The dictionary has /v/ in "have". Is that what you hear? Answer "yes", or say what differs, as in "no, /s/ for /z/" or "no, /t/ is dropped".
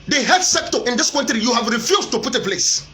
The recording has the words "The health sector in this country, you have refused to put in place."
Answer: yes